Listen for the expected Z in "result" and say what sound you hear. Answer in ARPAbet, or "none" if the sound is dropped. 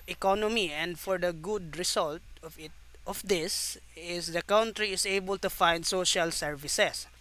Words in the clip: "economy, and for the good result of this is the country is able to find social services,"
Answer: S